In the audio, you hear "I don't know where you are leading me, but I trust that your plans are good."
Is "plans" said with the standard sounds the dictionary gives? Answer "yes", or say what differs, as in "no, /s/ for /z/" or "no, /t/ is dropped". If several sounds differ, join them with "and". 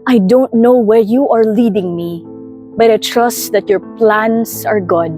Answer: no, /s/ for /z/